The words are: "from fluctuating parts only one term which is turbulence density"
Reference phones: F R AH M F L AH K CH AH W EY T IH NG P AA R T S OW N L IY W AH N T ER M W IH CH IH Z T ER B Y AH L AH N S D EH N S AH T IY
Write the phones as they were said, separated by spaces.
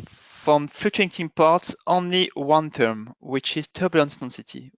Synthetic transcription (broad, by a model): F R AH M F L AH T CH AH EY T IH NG P AA R T S OW N L IY W AH N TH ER M W IH CH IH Z T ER B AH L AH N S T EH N S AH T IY